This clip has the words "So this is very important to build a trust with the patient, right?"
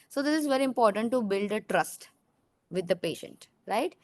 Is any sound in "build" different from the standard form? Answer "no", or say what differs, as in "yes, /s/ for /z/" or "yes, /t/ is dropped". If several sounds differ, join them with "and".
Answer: no